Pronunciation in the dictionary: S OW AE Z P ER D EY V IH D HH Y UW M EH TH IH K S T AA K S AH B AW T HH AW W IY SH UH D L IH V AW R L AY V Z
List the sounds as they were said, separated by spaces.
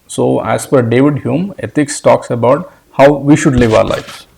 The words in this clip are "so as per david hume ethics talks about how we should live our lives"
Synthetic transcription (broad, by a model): S OW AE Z F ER D EY V IH D HH Y UW M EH T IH K S T AA K S AH B AW T HH AW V IY SH UH D L IH V AW R L AY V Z